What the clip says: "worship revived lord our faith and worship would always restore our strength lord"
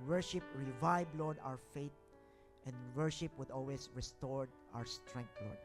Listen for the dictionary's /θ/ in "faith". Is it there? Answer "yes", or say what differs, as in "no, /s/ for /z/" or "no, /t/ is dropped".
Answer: no, /t/ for /θ/